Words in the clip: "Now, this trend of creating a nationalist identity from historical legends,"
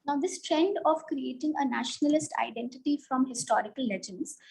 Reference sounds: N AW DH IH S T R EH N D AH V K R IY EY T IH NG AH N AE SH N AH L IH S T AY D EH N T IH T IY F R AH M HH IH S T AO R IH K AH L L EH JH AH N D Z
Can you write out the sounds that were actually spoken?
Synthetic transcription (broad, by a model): N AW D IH S T R EH N D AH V K R IY EY T IH NG AH N AE SH N AH L IH S T AY D EH N T IH T IY F R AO M HH IH S T AO R IH K AH L L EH JH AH N D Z